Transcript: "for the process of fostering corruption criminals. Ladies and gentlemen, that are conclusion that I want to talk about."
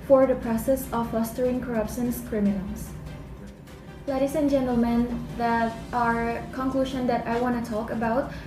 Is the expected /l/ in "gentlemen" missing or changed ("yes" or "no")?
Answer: no